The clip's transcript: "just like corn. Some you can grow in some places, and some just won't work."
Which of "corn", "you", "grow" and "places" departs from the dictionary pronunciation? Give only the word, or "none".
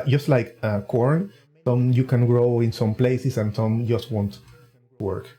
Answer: places